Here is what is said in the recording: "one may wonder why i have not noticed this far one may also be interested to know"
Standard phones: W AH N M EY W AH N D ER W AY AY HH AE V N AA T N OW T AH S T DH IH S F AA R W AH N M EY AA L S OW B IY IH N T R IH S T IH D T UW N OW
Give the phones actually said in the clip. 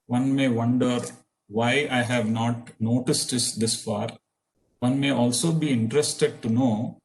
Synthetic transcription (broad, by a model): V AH N M EY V AH N D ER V AY AY HH AE V N AA T N OW T AH S T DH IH S F AA R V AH N M EY AA L S OW B IY IH N T R IH S T IH D T UW N OW